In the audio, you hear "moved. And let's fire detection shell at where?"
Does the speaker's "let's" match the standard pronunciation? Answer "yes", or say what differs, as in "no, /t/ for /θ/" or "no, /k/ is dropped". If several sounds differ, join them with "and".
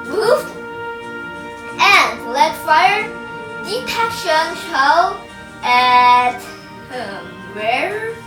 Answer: no, /s/ is dropped